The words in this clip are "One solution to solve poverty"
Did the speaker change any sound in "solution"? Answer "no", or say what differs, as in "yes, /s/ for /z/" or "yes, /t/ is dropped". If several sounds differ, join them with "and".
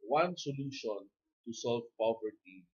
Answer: no